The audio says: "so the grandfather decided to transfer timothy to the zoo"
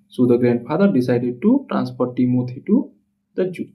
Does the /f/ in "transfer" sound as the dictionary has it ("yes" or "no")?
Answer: no